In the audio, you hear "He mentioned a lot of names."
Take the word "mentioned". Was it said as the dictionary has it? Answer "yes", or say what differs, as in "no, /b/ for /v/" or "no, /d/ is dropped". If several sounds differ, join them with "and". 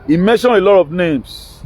no, /d/ is dropped